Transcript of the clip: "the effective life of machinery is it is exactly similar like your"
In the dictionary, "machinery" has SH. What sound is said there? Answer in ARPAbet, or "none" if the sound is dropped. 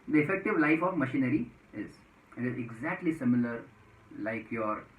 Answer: SH